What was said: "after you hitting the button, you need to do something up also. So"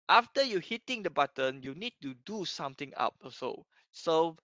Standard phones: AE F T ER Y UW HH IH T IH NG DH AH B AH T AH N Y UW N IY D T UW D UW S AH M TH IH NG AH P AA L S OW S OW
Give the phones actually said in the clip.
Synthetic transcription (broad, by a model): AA F T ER Y UW HH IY T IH NG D AH B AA T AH N Y UW N IY D T UW D UW S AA M T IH NG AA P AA S OW S OW